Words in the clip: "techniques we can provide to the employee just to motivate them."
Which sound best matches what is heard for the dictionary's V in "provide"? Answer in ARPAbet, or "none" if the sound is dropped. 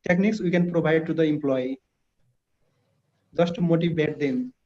B